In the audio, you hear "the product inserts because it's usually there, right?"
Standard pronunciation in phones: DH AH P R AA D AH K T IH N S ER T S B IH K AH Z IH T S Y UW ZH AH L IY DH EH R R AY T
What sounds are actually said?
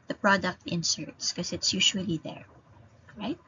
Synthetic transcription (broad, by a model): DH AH P R AA D AH K T IH N S ER T S K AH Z IH T S Y UW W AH L IY DH EH R R AY T